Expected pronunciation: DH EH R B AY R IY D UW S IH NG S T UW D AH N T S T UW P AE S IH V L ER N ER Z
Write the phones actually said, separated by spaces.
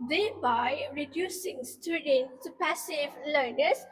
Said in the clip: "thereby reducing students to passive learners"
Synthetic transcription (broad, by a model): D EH B AY R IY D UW S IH NG S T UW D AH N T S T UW P AE S IH V L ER N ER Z